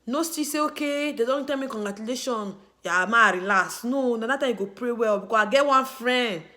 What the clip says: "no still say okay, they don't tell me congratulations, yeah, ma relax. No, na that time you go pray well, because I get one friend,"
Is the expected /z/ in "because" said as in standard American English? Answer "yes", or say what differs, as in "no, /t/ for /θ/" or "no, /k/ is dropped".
no, /z/ is dropped